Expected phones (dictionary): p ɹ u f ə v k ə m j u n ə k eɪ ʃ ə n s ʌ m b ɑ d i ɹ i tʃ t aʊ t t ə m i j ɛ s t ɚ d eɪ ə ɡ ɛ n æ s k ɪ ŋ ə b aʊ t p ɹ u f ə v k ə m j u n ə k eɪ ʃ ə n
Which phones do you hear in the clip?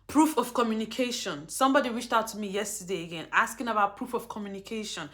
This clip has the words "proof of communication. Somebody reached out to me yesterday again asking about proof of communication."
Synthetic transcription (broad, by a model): p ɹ u f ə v k ə m j u n ə k eɪ ʃ ə n s ʌ m b ɑ d i ɹ i tʃ t aʊ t t ə m i j ɛ s t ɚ d eɪ ə ɡ ɛ n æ s k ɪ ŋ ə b aʊ t p ɹ u f ə v k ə m j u n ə k eɪ ʃ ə n